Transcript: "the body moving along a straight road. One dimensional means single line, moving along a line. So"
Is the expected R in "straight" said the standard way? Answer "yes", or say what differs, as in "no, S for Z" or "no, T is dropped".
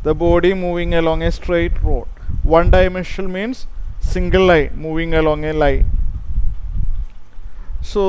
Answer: yes